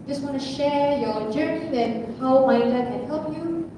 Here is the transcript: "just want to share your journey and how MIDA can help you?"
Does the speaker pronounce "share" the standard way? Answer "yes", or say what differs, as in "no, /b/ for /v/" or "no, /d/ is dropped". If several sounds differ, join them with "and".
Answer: yes